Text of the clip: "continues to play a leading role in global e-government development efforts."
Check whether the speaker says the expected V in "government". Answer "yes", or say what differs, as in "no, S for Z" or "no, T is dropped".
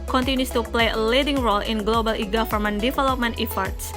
no, F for V